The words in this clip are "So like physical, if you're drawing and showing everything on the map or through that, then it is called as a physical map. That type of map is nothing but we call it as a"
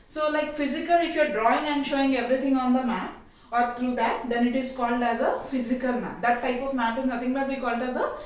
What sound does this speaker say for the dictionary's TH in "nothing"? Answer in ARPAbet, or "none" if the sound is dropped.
T